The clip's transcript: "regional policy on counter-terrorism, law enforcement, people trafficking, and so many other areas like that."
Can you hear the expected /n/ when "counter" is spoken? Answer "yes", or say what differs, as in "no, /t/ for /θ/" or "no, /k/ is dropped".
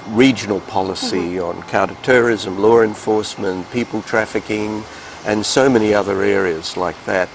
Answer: no, /n/ is dropped